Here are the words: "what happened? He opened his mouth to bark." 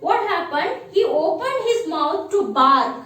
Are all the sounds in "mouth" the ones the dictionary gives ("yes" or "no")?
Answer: no